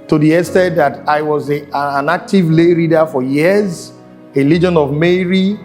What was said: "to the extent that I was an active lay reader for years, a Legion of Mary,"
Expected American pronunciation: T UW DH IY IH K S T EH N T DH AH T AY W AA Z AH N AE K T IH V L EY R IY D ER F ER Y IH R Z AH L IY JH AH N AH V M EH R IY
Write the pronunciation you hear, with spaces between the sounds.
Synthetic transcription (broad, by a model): T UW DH IY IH S T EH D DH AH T AY W AA Z AH N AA K T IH V L EY R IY D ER F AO Y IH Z AH L IY JH AH N AH V M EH R IY